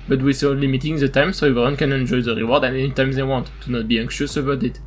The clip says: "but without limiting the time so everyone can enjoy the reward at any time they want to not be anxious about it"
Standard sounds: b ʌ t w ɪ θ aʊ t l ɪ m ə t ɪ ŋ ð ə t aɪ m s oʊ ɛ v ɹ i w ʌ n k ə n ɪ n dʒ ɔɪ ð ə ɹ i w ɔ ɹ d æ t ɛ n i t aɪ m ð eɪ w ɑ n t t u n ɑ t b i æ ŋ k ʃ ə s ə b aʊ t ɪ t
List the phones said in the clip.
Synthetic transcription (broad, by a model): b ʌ t w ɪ s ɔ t l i m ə t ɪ ŋ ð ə t aɪ m s oʊ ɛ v i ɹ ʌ n k ə n ɪ n dʒ ɔɪ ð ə ɹ i w ɔ ɹ d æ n ɛ n i t aɪ m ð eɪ w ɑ n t t u n ɑ t b i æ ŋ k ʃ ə s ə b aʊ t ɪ t